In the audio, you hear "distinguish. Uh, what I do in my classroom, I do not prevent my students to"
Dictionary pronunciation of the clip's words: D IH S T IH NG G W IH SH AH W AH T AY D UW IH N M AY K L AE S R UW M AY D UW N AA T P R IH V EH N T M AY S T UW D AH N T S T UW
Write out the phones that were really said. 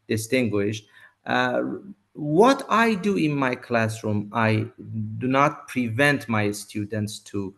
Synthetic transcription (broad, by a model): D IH S T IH NG G W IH SH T W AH T AY D UW IH N M AY K L AE S R UW M AY D UW N AA T P R IH V EH N T M AY S T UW D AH N T S T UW